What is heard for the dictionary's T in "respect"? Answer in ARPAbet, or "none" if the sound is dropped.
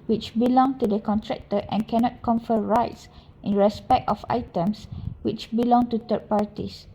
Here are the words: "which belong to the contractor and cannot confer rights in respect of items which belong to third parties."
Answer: T